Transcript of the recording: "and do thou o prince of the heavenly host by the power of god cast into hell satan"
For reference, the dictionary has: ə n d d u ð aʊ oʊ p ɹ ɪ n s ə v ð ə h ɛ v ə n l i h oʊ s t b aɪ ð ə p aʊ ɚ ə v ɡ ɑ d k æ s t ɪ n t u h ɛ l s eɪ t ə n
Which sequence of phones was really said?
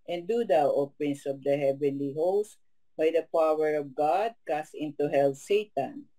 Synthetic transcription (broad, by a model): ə n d d u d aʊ oʊ p ɹ ɪ n s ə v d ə h ɛ v ə n l i h oʊ s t b aɪ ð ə p aʊ ɚ ə v ɡ ɑ d k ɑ s ɪ n t u h ɛ l s eɪ t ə n